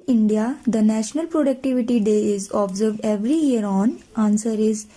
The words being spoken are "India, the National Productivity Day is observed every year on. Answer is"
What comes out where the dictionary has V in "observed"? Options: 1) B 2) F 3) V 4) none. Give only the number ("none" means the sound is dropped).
3